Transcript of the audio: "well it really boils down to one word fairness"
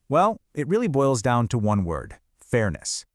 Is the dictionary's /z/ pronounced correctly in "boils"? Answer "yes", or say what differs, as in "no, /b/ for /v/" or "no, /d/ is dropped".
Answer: yes